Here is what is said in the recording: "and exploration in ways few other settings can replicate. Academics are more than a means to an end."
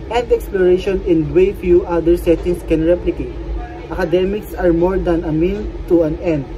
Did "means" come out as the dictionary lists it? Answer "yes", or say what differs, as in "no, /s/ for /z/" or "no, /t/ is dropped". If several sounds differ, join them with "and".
no, /z/ is dropped